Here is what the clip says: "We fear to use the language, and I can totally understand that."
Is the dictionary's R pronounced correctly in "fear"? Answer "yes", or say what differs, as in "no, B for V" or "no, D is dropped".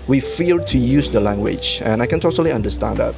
no, L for R